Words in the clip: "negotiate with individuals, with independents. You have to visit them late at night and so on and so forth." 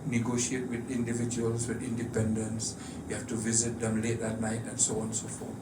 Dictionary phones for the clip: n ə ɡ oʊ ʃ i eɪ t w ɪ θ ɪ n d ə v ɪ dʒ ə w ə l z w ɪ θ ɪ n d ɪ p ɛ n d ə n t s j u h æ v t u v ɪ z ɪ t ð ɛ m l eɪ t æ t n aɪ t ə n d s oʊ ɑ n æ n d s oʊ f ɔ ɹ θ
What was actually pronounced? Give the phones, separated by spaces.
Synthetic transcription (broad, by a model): n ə ɡ oʊ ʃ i eɪ t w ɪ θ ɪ n d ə v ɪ dʒ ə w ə l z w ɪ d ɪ n d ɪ p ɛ n d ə n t s j u h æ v t u v ɪ z ɪ t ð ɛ m l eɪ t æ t n aɪ t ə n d s oʊ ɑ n n s oʊ f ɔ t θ